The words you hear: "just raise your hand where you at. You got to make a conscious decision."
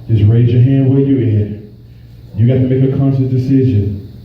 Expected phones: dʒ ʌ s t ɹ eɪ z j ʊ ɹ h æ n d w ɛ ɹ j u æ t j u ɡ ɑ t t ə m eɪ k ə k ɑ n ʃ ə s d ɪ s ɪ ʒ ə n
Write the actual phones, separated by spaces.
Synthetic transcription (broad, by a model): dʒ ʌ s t ɹ eɪ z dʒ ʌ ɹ h æ n d w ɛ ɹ j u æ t j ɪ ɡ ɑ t t ə m eɪ k ə k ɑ n s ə d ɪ s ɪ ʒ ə n